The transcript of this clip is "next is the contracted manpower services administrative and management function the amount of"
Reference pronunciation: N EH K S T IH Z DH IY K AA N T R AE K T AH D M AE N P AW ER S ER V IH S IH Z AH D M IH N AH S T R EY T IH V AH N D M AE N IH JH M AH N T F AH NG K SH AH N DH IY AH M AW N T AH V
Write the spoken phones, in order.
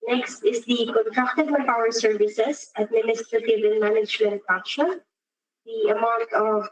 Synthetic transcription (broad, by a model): N EH K S T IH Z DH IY K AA N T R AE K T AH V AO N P AW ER S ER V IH S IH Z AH D M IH N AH S T R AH T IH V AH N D M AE N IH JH M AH N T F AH K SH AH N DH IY AH M AW N T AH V